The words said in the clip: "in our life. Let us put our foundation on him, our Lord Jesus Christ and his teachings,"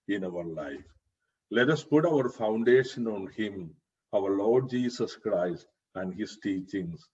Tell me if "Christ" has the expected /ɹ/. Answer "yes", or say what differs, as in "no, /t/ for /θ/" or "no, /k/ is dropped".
yes